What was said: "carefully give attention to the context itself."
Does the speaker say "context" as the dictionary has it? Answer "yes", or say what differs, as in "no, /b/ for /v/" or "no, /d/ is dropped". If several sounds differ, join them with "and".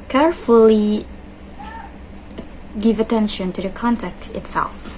no, /s/ is dropped